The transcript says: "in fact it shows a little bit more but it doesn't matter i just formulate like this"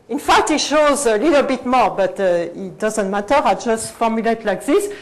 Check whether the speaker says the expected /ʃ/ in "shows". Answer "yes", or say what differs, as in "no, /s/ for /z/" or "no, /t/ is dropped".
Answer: yes